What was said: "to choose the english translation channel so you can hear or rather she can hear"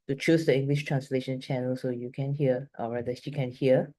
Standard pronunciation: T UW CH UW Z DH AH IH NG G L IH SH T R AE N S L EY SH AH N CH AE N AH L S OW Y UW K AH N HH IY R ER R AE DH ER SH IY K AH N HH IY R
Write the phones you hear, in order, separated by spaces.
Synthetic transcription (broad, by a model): T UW CH UW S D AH IH NG G L IH SH T R AE N S L EY SH AH N CH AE N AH L S OW Y UW K AH N HH IY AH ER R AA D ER SH IY K AH N HH IY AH